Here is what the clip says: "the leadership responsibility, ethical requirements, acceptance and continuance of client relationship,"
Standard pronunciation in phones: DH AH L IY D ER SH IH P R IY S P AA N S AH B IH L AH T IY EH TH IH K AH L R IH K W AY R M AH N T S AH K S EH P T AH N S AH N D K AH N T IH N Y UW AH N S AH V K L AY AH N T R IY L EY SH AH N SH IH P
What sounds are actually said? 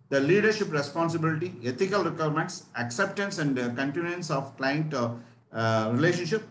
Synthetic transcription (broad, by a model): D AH L IY D ER SH IH P R IY S P AA N S AH B IH L AH T IY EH T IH K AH L R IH K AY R M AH N T S AH K S EH P T AH N S AH N D K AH N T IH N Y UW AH N S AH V K L AY AH N T R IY L EY SH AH N SH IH P